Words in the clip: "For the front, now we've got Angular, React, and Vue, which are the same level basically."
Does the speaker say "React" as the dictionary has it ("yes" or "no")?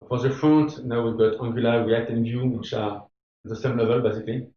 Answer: no